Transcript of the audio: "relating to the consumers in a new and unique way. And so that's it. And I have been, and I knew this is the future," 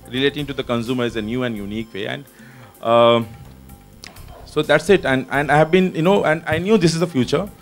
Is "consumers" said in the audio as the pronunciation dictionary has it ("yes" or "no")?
no